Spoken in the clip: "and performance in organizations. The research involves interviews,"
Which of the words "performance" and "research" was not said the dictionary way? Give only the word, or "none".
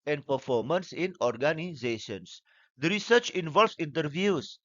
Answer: none